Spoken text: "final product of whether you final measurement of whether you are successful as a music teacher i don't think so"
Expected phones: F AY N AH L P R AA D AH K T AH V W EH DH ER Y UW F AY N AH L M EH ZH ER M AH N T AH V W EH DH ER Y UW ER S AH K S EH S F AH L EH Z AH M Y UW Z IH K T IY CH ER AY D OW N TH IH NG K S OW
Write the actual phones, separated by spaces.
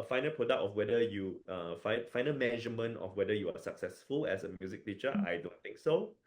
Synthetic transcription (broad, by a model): F AY N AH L P R AA D AH K T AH F W EH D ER Y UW F AY N AH L M EH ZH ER M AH N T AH F W EH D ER Y UW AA S AH K S EH S F AH L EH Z AH M Y UW Z IH K T IY CH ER AY D OW N T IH NG K S OW